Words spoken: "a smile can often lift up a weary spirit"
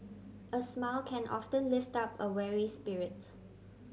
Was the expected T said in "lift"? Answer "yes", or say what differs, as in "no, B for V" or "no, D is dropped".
yes